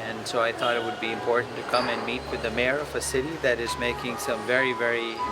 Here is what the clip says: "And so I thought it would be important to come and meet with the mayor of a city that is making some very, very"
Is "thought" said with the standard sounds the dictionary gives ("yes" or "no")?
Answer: yes